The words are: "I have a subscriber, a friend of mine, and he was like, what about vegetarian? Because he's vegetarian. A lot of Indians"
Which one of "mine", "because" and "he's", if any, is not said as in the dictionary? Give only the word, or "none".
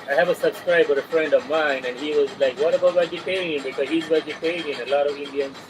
none